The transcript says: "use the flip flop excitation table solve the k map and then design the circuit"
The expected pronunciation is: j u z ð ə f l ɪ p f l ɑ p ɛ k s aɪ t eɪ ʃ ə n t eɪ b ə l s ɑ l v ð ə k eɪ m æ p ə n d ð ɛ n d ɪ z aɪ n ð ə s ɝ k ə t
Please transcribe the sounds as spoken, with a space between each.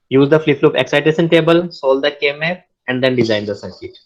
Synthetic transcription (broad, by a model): j u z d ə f l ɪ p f l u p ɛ k s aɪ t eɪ s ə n t eɪ b ə l s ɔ l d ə k eɪ m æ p ə n d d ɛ n d ɪ z aɪ n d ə s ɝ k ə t